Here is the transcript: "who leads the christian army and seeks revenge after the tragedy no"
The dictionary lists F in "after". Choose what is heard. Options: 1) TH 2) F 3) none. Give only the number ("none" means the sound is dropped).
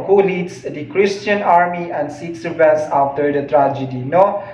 3